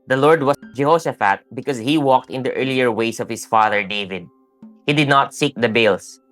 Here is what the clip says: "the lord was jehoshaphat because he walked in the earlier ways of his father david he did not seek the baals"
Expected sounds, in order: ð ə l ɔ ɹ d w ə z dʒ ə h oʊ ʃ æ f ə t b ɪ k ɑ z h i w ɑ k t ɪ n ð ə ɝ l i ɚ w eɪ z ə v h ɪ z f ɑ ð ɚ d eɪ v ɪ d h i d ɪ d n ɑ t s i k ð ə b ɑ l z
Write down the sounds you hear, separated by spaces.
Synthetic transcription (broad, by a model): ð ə l ɔ ɹ d w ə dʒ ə h oʊ s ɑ f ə t b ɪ k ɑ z h i w ɑ k t ɪ n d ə ɝ l i ɚ w eɪ s ə v h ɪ s f ɑ ð ɚ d eɪ v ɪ d h i d ɪ d n ɑ t s i k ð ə b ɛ l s